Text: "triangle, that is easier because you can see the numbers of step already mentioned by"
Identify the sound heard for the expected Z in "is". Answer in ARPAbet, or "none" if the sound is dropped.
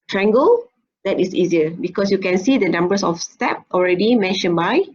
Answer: S